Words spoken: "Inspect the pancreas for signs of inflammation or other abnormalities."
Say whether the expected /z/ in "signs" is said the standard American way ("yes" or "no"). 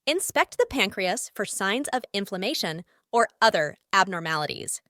yes